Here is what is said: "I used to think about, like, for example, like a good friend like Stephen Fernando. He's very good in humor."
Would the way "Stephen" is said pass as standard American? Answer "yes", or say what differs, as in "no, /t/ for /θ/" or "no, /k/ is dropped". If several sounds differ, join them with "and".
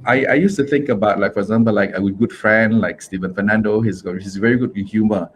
yes